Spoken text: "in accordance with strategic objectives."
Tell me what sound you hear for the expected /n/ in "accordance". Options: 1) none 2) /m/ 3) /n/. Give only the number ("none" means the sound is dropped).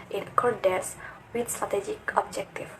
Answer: 1